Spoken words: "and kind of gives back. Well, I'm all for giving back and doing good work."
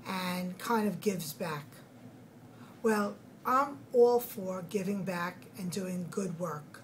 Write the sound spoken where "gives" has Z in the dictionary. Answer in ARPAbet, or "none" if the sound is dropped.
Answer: Z